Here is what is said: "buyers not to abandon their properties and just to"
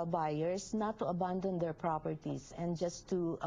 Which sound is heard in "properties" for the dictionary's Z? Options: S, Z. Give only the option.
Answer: S